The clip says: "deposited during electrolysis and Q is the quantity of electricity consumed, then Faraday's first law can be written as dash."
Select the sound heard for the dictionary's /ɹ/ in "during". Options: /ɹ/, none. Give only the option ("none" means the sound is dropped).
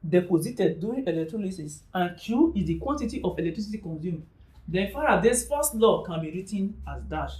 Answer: none